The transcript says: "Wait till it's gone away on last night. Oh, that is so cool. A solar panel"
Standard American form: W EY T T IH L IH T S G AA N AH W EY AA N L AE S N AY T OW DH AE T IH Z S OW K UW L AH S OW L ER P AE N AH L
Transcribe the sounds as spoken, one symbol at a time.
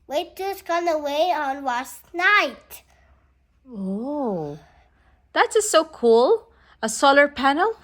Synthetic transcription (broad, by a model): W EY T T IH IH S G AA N AH W EY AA N W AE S N AY T OW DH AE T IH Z S OW K UW L AH S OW L ER P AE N L